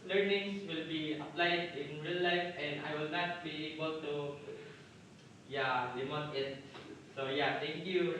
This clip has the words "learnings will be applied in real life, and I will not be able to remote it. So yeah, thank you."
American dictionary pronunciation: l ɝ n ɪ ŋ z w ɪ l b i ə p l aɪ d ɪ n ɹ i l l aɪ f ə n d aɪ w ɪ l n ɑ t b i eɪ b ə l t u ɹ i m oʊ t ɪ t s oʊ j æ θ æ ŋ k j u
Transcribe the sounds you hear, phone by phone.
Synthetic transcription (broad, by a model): l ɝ n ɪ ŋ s w ɪ l b i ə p l aɪ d ɪ n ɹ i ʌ l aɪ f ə n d aɪ w ɪ l n ɑ t b i eɪ b ə l t u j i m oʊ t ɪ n s oʊ j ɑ t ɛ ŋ k j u